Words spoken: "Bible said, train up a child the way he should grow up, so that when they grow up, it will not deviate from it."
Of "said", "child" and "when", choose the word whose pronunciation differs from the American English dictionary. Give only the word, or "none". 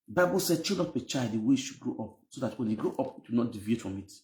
child